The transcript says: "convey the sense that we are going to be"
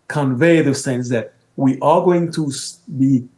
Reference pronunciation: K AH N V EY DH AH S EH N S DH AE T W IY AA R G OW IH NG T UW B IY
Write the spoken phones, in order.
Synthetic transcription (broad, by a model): K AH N V EY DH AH S EH N S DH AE T W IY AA L G OW IH NG T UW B IY